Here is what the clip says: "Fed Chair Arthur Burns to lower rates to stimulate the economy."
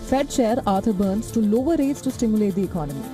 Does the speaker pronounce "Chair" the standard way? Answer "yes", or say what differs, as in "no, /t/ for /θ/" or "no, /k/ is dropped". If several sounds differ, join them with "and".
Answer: no, /ʃ/ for /tʃ/